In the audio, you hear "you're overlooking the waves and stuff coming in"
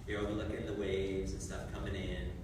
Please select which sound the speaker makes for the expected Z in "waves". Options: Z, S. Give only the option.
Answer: Z